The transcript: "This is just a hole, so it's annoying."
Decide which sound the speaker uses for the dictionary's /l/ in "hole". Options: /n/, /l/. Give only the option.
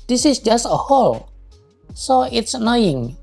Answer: /l/